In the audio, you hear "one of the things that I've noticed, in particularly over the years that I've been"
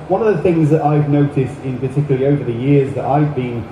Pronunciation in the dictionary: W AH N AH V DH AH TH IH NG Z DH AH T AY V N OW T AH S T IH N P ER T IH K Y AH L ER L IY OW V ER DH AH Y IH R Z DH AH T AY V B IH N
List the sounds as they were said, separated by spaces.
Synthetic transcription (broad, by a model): W AH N AH V DH AH TH IH NG Z DH AH T AY V N OW T AH S T IH N P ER T IH K Y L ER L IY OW V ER DH AH Y IH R Z DH AH T AY V B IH N